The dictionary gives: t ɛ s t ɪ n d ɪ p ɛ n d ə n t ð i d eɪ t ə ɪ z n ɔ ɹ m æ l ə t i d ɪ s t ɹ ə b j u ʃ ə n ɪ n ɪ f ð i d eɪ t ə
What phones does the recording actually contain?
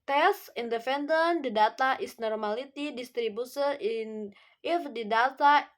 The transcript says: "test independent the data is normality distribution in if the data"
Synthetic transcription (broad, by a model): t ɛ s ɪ n d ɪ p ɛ n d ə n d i d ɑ t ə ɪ s n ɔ ɹ m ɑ l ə t i d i s t ɹ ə b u s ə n ɪ n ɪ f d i d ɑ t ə